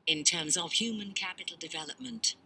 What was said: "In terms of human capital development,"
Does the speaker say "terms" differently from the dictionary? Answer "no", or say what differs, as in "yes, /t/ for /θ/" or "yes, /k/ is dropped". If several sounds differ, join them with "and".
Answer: no